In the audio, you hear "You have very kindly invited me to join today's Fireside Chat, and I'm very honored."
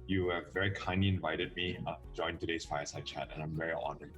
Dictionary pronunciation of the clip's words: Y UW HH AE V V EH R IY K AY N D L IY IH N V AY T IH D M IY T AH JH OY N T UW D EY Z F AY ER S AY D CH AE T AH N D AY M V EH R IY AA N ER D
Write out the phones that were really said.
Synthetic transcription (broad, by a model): Y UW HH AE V V EH R IY K AY N D L IY IH N V AY T IH D M IY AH JH OY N T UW D EY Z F AY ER S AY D CH AE T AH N AY M V EH R IY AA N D